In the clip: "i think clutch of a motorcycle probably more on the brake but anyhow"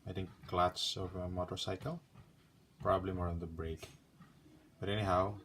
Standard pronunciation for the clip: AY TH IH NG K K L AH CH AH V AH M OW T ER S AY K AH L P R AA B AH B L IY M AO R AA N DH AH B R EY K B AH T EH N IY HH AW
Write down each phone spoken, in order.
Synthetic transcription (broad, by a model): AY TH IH NG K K L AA S AH V AH M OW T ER S AY K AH L P R AA B AH B L IY M AO R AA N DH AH B R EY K B AH T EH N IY HH AW